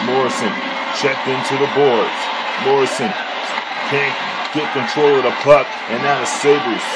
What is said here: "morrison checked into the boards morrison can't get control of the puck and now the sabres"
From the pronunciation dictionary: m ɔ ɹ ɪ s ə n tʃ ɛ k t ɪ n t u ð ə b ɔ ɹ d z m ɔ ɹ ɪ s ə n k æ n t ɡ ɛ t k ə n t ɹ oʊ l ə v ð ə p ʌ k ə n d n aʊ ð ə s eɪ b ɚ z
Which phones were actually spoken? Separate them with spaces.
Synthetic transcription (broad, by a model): m ɔ ɹ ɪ s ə n tʃ ɛ k t ɪ n t u ð ə b ɔ ɹ d z m ɔ ɹ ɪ s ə n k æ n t ɡ ɛ t k ə n t ɹ oʊ l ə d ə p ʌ k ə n n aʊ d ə s eɪ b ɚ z